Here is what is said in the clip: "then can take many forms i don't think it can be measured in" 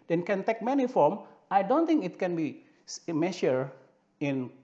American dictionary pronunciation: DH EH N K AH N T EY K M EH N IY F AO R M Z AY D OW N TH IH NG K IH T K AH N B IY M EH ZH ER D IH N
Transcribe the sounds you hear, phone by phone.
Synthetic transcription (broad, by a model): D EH N K AH N T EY K M EH N IY F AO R M AY D OW N T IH NG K IH T K AH N B IY M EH SH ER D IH N